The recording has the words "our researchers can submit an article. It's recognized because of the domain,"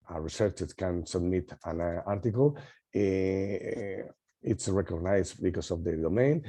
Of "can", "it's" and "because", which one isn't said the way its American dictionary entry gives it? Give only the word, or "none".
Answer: because